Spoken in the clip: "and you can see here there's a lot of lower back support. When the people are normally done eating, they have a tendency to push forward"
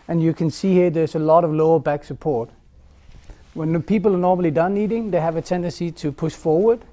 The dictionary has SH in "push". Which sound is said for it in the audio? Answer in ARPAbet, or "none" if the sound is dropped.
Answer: SH